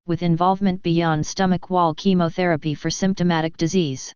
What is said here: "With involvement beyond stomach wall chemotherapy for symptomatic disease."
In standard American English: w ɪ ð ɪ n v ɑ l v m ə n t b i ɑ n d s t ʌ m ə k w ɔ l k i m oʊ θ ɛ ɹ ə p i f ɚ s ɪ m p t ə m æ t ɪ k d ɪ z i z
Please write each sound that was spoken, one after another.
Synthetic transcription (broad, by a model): w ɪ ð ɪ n v ɑ l v m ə n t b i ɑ n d s t ʌ m ə k w ɔ l k i m oʊ θ ɛ ɹ ə p i f ɚ s ɪ m p t ə m æ t ɪ k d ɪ z i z